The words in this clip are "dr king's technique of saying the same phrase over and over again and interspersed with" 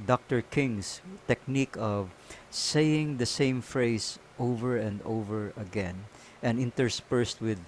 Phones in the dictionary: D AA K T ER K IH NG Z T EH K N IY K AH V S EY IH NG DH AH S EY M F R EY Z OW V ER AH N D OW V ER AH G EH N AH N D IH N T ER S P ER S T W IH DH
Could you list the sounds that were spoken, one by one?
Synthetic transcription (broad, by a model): D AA K T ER K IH NG S T EH K N IY K AH V S EY IH NG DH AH S EY M F R EY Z OW V ER AH N D OW V ER AH G EH N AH N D IH N T ER S P ER S T W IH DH